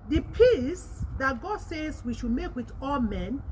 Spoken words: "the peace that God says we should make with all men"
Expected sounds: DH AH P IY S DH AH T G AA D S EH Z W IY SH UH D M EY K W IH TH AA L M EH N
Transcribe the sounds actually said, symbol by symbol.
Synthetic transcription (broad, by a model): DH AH P IY S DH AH T G AA D S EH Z W IY SH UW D M EY K W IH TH AA L M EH N